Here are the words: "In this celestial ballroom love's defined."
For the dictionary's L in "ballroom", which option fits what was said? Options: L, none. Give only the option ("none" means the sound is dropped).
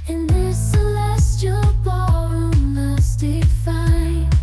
none